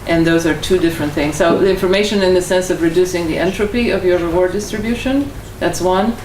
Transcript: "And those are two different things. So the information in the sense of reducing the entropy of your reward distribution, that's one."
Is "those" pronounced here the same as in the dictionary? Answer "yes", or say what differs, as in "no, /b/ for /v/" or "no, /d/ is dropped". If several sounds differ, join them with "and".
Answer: yes